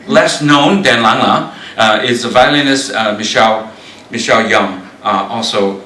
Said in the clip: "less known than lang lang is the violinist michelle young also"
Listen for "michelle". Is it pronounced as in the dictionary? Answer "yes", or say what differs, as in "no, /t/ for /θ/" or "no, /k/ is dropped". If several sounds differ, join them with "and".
yes